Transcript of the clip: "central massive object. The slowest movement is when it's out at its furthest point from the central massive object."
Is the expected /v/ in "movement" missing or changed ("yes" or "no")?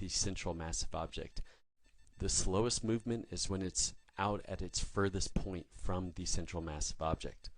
no